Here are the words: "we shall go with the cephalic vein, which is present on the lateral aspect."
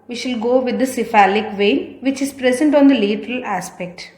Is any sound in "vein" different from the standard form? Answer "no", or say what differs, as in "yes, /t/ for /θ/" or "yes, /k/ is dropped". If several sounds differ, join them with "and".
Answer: no